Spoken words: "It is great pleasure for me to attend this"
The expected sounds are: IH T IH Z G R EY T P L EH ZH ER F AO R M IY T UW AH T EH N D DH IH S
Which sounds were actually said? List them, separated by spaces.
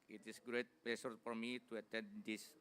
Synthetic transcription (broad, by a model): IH T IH S G R EY T P L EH S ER F AO R M IY T UW AH T EH N D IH S